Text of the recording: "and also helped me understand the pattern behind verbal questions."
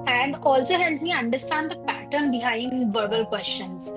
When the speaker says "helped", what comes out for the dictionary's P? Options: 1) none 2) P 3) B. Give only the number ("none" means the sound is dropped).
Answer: 1